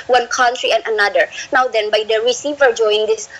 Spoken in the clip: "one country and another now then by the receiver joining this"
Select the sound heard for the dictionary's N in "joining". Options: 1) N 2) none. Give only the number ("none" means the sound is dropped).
2